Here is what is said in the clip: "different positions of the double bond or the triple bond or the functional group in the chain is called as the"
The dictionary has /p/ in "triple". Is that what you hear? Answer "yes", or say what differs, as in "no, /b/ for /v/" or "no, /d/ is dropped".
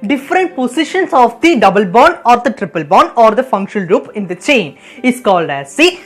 yes